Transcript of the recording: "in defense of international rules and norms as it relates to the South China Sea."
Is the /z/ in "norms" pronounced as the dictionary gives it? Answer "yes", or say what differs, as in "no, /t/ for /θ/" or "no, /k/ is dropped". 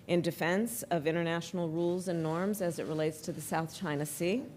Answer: yes